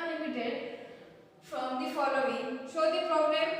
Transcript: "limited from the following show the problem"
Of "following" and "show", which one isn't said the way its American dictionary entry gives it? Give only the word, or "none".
show